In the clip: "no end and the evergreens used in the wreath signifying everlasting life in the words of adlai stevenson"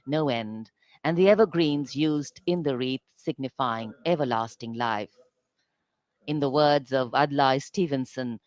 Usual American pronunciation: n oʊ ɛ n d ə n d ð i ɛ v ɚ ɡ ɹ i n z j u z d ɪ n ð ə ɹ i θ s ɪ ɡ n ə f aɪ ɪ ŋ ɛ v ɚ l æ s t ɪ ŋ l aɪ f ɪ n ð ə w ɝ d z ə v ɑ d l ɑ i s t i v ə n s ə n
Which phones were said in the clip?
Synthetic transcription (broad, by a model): n oʊ ɛ n d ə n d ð i ɛ v ɚ ɡ ɹ i n z j u z d ɪ n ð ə ɹ i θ s ɪ ɡ n ə f aɪ ɪ ŋ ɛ v ɚ l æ s t ɪ ŋ l aɪ f ɪ n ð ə w ɝ d z ə v ɑ d l ɑ i s t i v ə n s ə n